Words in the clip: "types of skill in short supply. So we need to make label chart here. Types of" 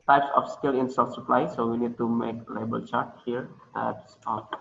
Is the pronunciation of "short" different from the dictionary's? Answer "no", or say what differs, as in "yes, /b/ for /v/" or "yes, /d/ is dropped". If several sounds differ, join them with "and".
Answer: yes, /s/ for /ʃ/